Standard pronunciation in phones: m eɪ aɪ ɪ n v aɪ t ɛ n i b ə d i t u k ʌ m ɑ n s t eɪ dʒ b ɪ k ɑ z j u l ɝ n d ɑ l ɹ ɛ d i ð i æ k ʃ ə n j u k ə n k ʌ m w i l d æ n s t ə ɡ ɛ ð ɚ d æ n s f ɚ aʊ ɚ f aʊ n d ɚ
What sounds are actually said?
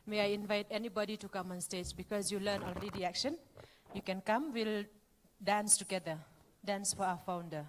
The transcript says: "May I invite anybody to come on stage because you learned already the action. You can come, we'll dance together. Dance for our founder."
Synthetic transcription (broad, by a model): m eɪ aɪ ɪ n v aɪ t ɛ n i b ə d i t u k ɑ m ɑ n s t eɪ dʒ b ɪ k ɑ s j u l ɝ n ɑ l ɹ ɛ d i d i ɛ k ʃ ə n j u k ə n k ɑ m w i l d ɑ n s t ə ɡ ɛ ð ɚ d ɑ n s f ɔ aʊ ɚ f aʊ n d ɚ